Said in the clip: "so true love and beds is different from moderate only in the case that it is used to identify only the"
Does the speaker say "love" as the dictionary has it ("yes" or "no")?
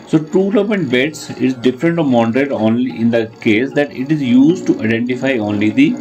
no